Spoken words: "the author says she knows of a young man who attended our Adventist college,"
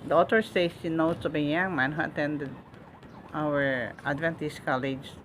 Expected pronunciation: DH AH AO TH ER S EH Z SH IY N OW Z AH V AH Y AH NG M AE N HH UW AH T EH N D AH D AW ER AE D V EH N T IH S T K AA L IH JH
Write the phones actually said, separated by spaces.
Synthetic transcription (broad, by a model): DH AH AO T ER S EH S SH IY N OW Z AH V AH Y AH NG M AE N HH AH T EH N D AH D AW ER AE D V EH N T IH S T K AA L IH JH